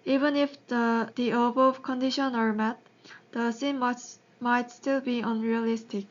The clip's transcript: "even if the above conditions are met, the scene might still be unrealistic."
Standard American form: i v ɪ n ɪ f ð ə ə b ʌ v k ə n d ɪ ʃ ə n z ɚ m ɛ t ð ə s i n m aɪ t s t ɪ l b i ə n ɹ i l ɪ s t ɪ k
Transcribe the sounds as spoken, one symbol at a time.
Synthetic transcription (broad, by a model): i v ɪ n ɪ f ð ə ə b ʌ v k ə n d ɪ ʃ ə n ɚ m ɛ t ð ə s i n m aɪ t s t ɪ l b i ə n ɹ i l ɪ s t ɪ k